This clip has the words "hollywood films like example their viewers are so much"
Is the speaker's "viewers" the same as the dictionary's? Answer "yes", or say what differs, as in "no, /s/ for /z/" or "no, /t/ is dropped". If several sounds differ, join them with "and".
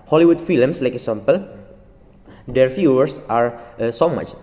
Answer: no, /f/ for /v/ and /s/ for /z/